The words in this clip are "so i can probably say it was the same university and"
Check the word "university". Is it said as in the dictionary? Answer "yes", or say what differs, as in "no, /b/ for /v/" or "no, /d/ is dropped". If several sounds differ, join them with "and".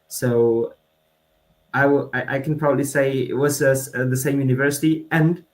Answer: yes